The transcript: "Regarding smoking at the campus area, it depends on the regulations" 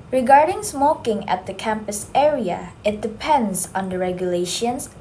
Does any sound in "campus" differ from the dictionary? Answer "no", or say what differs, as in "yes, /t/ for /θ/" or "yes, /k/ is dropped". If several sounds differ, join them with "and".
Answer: no